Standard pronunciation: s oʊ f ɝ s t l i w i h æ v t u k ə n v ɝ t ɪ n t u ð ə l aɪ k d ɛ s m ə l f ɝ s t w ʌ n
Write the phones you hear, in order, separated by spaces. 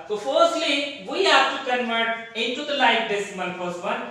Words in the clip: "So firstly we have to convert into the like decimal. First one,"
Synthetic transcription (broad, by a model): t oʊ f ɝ s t l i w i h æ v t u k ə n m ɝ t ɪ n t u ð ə l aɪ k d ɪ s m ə n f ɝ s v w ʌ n